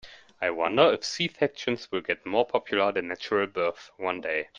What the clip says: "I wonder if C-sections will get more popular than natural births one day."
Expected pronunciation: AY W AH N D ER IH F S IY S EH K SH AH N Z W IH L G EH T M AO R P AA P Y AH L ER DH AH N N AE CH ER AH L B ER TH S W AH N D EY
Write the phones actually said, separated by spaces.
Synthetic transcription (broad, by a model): AY W AH N D ER IH F S IY TH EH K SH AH N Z W IH L G EH T M AO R P AA P Y AH L ER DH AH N N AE CH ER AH L B ER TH W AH N D EY